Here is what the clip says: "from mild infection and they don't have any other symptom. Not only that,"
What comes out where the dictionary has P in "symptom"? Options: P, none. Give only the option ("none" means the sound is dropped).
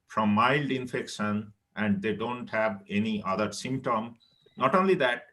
P